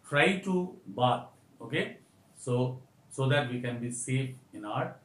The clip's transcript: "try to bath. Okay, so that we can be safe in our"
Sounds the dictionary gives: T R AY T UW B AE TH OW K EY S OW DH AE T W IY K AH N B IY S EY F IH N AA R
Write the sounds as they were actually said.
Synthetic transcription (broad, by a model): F R AY T UW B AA T OW K EY S OW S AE T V IY K AH N B IY S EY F IH N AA R